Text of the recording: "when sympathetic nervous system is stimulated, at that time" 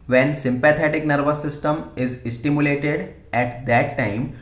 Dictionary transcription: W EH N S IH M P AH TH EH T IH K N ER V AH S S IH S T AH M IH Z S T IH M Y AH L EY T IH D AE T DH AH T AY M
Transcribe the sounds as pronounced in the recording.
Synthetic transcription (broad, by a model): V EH N S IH M P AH T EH T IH K N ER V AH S S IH S T AH M IH Z S T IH M Y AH L EY T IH D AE T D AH T AY M